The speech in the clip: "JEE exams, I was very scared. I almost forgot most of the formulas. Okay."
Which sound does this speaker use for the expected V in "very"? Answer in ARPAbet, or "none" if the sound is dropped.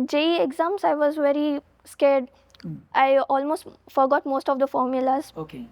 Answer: V